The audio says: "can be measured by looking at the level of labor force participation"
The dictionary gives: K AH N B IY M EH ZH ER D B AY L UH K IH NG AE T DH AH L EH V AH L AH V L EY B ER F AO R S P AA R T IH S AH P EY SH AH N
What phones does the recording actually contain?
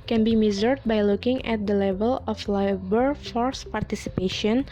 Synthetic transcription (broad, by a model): K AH N B IY M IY Z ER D B AY L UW K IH NG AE T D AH L EH V AH L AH F L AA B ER F AO R S P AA R T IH S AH P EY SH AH N